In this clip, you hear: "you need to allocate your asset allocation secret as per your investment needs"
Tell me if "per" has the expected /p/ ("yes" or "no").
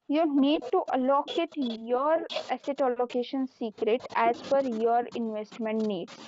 no